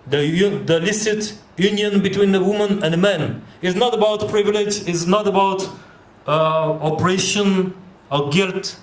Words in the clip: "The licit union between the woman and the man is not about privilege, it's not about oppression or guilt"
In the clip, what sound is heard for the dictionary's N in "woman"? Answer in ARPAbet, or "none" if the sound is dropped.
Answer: N